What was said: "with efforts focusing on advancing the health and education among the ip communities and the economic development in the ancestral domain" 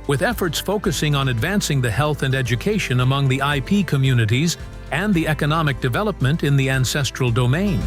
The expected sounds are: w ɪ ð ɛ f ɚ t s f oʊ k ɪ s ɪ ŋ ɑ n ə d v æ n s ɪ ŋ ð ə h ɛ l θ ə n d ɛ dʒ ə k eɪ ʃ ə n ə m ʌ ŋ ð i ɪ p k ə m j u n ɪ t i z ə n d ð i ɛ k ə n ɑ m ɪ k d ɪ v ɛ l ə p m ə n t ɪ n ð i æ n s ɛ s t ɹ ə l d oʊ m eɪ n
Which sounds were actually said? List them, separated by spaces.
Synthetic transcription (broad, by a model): w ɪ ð ɛ f ɚ t s f oʊ k ɪ s ɪ ŋ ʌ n ə d v æ n s ɪ ŋ ð ə h ɛ l θ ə n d ɛ dʒ ə k eɪ ʃ ə n ə m ʌ ŋ ð i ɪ p k ə m j u n ɪ t i z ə n ð i ɛ k ə n ɑ m ɪ k d ɪ v ɛ l ə p m ə n t ɪ n ð i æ n s ɛ s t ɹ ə l d oʊ m eɪ n